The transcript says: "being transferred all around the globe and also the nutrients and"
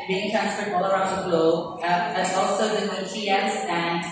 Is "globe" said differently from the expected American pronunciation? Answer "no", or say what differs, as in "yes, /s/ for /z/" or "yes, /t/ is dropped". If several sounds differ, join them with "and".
yes, /b/ is dropped